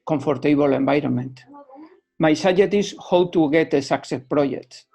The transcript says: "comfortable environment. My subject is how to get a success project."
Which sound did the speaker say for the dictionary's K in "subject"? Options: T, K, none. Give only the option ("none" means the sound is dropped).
none